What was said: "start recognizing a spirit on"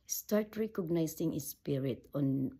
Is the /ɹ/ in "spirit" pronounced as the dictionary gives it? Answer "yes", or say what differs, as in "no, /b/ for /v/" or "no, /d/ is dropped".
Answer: yes